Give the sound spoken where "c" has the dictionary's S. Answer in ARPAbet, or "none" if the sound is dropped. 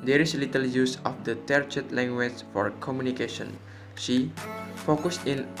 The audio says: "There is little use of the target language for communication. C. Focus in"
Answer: SH